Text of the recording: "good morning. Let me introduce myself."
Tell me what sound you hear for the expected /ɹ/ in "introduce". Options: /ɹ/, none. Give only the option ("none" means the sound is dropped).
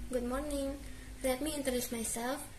none